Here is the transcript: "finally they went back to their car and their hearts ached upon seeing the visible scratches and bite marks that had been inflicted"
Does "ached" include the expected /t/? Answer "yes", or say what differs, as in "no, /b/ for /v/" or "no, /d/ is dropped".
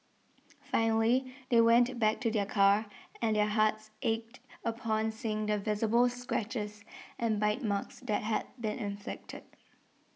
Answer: yes